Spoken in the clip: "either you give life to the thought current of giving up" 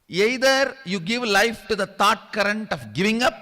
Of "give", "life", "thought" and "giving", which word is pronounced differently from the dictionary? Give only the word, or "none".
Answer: thought